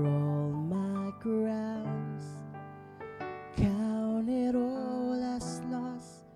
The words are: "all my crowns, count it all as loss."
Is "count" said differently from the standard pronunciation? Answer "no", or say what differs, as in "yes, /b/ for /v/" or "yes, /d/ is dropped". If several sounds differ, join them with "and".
yes, /t/ is dropped